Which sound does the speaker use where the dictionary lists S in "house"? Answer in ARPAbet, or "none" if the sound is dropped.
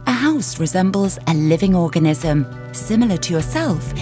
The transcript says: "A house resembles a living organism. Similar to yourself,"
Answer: S